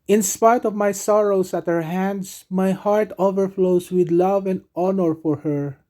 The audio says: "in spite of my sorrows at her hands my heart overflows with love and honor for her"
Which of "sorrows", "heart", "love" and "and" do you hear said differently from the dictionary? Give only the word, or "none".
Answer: sorrows